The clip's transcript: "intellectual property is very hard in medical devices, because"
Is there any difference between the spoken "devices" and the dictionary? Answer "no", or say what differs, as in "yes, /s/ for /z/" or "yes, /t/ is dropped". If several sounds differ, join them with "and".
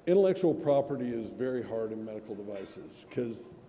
no